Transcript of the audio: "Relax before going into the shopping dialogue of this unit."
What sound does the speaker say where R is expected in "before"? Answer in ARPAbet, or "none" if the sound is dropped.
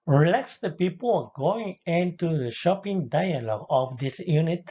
L